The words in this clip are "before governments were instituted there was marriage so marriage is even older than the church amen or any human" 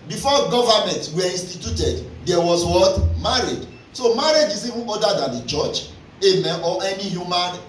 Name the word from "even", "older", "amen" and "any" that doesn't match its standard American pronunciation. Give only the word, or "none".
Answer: older